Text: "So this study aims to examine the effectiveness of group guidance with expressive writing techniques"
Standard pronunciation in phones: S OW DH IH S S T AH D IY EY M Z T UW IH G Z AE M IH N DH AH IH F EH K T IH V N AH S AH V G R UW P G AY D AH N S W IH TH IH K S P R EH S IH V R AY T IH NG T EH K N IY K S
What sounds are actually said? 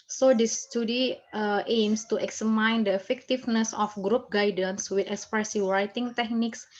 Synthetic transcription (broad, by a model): S OW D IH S S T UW D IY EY M S T UW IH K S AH M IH N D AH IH F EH K T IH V N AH S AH F G R UW P G AY D AH N S W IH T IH K S P R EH S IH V R AY T IH NG T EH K N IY K S